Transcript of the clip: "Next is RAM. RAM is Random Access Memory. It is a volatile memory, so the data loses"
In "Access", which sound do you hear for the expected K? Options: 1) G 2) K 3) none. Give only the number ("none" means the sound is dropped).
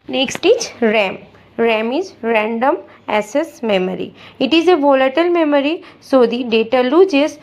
3